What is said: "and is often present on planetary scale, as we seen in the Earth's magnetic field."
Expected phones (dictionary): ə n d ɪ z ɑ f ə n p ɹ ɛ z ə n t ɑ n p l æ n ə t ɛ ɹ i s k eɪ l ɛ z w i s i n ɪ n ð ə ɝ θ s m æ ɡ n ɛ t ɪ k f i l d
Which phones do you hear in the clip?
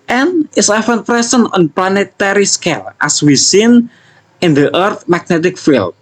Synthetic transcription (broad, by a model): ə n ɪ s ɑ f ə n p ɹ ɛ s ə n ɑ n p l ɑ n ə t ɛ ɹ i s k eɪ l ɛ s w i s i n ɪ n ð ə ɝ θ m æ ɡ n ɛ t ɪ k f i l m